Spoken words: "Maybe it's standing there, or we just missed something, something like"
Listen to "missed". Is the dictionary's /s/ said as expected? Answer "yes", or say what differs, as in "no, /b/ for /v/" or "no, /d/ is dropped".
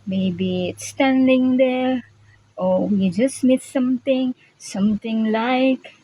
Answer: no, /s/ is dropped